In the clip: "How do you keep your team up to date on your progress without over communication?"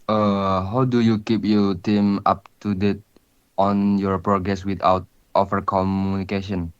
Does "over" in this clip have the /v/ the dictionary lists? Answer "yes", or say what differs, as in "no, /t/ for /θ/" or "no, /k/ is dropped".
no, /f/ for /v/